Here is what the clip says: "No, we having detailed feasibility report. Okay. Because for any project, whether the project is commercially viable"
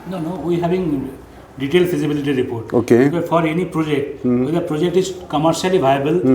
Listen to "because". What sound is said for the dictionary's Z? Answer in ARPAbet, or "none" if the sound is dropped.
none